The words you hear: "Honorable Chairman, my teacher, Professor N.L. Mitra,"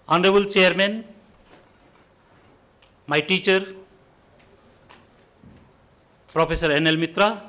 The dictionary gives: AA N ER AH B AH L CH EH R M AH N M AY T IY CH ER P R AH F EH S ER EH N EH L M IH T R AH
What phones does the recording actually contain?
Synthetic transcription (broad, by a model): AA N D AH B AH L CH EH R M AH N M AY T IY CH ER P R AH P EH S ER EH N EH L M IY T R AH